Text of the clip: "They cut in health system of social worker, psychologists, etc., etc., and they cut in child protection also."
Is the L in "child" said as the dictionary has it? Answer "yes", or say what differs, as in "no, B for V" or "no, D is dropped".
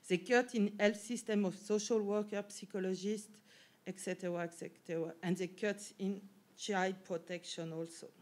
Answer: no, L is dropped